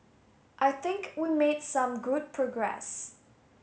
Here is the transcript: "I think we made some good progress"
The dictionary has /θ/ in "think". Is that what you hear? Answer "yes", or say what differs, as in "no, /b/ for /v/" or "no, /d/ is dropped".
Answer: yes